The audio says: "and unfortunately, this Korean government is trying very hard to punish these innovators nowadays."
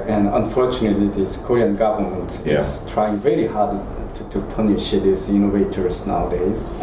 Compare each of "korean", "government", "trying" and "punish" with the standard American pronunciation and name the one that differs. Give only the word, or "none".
none